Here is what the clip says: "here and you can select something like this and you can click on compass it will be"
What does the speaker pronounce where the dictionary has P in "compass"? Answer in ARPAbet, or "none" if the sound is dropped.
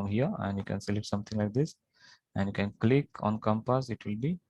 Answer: P